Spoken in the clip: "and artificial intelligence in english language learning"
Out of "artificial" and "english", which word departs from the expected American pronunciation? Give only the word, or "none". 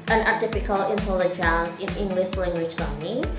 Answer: artificial